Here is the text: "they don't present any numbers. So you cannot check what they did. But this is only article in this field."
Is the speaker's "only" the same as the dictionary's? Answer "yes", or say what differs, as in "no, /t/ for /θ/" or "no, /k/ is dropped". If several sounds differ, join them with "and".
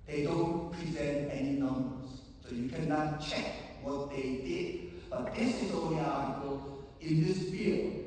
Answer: no, /n/ is dropped